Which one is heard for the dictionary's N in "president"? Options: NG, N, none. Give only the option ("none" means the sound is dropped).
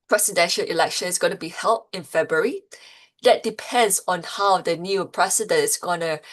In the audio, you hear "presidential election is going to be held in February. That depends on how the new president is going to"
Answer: none